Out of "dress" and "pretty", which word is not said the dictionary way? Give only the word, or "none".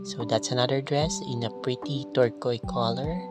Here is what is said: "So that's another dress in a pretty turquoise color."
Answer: none